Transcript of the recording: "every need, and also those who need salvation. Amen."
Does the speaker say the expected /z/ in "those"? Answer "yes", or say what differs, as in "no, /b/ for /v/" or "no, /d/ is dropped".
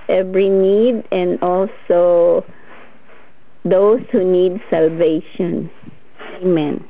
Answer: no, /s/ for /z/